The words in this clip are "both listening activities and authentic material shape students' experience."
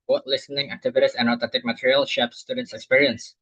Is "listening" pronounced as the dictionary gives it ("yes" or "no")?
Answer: yes